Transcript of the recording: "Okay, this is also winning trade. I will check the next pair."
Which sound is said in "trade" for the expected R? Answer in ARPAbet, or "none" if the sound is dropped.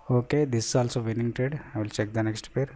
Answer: none